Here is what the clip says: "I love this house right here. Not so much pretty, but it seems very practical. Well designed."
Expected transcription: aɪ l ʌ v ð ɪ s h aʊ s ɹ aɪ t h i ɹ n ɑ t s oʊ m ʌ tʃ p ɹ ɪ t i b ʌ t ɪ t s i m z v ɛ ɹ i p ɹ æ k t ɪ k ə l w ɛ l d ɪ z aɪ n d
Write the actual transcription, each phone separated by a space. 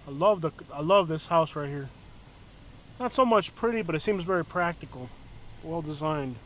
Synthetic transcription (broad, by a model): aɪ l ʌ v ð ɪ s h aʊ s ɹ aɪ t h i ɹ n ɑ t s oʊ m ʌ tʃ p ɹ ɪ t i b ʌ t ɪ t s i m z v ɛ ɹ i p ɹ æ k t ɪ k l w ɛ l d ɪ z aɪ n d